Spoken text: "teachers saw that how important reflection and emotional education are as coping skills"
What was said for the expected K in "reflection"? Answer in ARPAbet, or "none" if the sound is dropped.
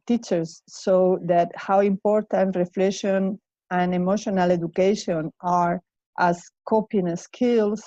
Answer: none